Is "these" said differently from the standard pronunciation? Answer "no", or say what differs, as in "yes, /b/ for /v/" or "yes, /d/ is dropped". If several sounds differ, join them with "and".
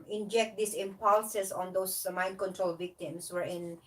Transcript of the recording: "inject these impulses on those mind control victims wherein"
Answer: yes, /s/ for /z/